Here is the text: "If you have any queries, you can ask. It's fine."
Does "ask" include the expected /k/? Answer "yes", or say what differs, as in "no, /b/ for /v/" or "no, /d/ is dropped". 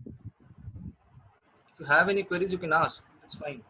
no, /k/ is dropped